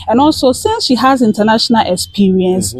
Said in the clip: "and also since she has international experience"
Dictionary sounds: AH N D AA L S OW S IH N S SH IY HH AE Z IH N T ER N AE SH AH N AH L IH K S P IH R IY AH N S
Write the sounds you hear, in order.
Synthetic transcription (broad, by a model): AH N AA L S OW S IH N S SH IY HH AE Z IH N T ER N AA SH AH N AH L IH K S P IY R IY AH N S